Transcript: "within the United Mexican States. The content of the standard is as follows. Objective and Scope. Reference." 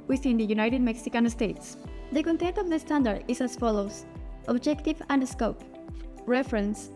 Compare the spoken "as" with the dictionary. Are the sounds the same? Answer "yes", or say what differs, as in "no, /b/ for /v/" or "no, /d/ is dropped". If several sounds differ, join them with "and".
no, /s/ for /z/